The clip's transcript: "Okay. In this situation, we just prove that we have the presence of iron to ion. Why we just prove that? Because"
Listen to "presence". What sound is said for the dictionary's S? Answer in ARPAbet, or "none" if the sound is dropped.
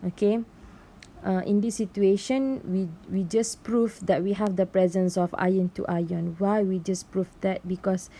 S